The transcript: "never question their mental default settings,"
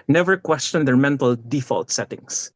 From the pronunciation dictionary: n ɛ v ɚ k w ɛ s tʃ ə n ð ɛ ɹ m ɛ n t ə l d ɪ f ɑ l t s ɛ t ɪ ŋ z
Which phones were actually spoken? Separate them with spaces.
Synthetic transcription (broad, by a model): n ɛ v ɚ k w ɛ s tʃ ə n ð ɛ ɹ m ɛ n t ə l d ɪ f ɑ l t s ɛ t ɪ ŋ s